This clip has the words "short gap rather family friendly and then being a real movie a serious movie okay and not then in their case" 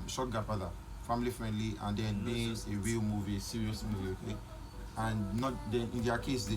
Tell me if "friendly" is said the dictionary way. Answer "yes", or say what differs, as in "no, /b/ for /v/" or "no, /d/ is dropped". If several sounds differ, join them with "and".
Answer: yes